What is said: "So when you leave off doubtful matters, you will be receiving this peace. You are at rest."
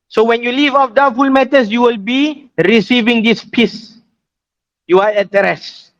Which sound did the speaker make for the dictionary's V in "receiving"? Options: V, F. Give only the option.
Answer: V